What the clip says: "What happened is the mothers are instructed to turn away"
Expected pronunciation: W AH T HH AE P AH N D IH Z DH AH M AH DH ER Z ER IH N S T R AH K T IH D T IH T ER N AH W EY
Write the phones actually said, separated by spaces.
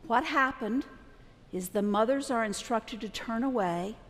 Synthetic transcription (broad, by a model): W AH T HH AE P AH N D IH Z DH AH M AH DH ER Z ER IH N S T R AH K T IH D T IH T ER N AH W EY